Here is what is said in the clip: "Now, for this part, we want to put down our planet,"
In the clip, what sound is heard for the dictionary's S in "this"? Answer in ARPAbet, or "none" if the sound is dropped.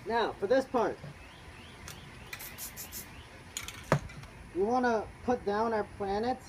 S